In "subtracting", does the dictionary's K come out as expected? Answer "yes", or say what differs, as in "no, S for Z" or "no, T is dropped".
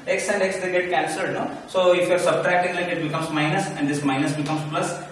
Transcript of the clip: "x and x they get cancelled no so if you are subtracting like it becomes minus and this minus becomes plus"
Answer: yes